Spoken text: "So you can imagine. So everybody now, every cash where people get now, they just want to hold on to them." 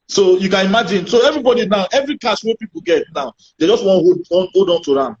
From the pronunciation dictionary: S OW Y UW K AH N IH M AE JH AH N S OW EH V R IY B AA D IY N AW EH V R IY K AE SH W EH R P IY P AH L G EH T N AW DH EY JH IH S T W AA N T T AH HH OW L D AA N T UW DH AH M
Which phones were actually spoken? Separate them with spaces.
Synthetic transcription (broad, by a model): S OW Y UW K AH N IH M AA JH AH N S OW EH V R IY B AA D IY N AW EH V R IY K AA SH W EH P IY P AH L G EH T N AW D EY JH IH S T W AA N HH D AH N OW D AA N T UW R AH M